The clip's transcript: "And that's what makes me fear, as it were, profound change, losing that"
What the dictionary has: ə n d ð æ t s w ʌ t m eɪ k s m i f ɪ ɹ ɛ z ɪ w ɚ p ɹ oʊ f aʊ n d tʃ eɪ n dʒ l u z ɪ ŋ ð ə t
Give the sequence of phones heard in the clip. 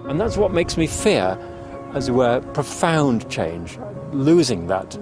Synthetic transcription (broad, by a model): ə n ð æ t s w ʌ t m eɪ k s m i f ɪ ɹ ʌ z ɪ w ɚ p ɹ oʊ f aʊ n tʃ eɪ n dʒ l u z ɪ ŋ ð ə t